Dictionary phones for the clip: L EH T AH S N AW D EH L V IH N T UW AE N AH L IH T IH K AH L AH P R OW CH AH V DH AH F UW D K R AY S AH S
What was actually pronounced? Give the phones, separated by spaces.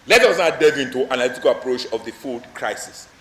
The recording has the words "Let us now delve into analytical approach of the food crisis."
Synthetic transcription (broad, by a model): L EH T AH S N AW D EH V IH N T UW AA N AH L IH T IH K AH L AH P R OW CH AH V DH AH F UW D K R AY S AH S